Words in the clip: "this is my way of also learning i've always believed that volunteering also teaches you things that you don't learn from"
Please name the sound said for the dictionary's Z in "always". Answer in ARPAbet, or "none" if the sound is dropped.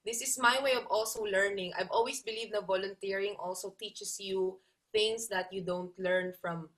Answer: S